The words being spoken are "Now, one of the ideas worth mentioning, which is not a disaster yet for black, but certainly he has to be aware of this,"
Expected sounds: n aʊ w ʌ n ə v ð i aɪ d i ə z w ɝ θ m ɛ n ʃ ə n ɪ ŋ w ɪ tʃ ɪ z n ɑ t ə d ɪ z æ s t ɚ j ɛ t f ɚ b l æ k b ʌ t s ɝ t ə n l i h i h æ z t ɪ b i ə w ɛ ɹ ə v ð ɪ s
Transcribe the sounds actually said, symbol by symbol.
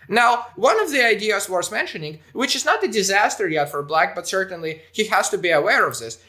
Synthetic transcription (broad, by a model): n aʊ w ʌ n ə v ð i aɪ d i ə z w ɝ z m ɛ n ʃ ə n ɪ ŋ w ɪ tʃ ɪ z n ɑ t ə d ɪ z æ s t ɚ j ɛ t f ɚ b l æ k b ʌ t s ɝ t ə n l i h i h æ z t ɪ b i ə w ɛ ɹ ə v ð ɪ s